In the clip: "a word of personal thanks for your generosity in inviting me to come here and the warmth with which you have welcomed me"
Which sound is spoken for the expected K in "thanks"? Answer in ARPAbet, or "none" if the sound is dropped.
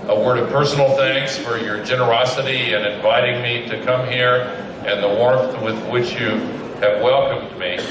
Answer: K